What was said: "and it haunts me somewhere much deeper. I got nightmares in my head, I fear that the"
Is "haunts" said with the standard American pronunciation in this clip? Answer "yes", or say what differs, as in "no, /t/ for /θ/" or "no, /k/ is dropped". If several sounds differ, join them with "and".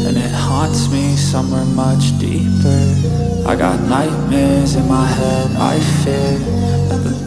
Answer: yes